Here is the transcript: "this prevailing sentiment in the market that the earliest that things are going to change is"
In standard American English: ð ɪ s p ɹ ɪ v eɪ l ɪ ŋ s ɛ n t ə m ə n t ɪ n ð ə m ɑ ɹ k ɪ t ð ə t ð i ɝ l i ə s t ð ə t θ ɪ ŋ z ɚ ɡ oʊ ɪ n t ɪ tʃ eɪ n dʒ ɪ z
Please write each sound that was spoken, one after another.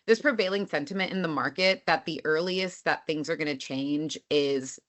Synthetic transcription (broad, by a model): ð ɪ s p ɹ ɪ v eɪ l ɪ ŋ s ɛ n t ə m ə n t ɪ n ð ə m ɑ ɹ k ɪ t ð ə t ð i ɝ l i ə s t ð ə t θ ɪ ŋ z ɚ ɡ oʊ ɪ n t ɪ tʃ eɪ n dʒ ɪ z